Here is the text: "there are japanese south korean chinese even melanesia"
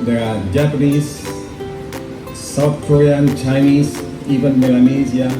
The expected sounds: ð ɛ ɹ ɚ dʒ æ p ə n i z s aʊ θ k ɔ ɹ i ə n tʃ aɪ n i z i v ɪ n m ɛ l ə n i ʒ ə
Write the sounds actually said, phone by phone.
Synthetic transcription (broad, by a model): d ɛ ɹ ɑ dʒ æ p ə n i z s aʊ t k ɔ ɹ i ə n tʃ aɪ n i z i v ɪ n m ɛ l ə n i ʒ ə